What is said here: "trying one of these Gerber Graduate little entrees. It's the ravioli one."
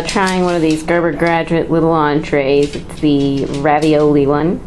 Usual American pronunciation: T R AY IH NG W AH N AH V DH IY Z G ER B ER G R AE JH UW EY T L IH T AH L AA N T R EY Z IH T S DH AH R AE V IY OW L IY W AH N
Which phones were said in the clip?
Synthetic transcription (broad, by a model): T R AY IH NG W AH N AH V DH IY Z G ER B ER G R AE JH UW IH T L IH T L AA N T R EY Z IH T S DH AH R AE V IY OW L IY W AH N